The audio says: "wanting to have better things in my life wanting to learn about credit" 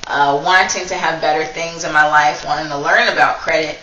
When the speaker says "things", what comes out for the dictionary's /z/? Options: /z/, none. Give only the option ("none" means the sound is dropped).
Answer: /z/